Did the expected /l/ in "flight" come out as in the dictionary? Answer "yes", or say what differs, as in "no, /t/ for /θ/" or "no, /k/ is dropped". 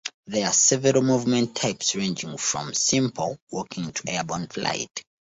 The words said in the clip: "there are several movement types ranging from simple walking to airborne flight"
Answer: yes